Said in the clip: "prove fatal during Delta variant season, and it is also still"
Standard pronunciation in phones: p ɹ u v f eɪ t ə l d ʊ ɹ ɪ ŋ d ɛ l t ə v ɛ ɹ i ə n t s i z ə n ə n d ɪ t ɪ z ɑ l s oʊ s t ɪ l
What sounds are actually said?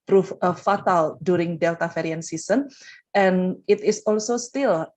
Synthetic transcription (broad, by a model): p ɹ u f f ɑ t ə l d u ɹ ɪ ŋ d ɛ l t ə f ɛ ɹ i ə n s i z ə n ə n ɪ t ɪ s ɑ l s oʊ s t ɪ l